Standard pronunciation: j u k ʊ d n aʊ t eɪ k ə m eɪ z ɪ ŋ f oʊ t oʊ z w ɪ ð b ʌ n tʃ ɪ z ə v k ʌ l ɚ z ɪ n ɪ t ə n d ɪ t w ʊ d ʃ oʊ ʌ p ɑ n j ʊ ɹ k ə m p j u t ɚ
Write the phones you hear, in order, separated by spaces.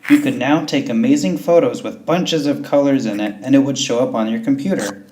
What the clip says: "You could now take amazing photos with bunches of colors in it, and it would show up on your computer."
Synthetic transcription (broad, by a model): j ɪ k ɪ d n aʊ t eɪ k ə m eɪ z ɪ ŋ f oʊ t oʊ z w ɪ ð b ʌ n tʃ ɪ z ə v k ʌ l ɚ z ɪ n ɪ t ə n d ɪ t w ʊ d ʃ oʊ ʌ p n j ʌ ɹ k m p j u t ɚ